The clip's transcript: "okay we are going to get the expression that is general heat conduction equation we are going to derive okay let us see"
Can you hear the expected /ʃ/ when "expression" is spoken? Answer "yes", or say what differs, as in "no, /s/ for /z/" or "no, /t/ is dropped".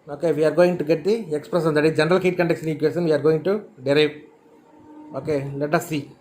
no, /s/ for /ʃ/